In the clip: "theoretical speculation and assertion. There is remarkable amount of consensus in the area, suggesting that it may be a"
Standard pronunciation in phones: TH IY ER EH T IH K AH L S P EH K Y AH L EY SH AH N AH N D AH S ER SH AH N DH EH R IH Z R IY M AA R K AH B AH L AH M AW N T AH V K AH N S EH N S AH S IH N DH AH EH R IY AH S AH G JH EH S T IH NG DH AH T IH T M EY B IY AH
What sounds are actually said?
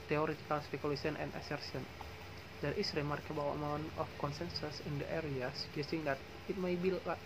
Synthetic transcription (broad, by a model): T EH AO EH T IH K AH L S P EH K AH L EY S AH N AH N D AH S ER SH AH N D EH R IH S R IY M AA R K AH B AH W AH M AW N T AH F K AH N S EH N S AH S IH N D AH EH R IY AH S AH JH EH S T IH NG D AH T IH T M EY B IY